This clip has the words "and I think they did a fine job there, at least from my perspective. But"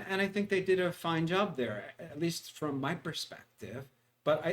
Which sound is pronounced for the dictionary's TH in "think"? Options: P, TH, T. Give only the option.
TH